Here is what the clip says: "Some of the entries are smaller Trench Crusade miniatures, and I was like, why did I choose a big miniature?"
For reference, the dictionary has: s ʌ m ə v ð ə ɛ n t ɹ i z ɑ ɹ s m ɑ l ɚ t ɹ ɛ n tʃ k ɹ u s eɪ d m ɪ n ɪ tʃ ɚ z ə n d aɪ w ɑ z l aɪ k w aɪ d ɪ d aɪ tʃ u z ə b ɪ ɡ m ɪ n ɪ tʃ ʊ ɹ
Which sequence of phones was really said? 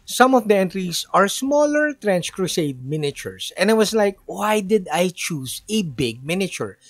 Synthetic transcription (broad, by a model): s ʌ m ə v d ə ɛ n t ɹ i s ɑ ɹ s m ɑ l ɚ t ɹ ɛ n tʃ k ɹ u s eɪ d m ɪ n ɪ tʃ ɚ s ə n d aɪ w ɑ s l aɪ k w aɪ d ɪ d aɪ tʃ u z ə b ɪ ɡ m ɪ n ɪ tʃ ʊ ɹ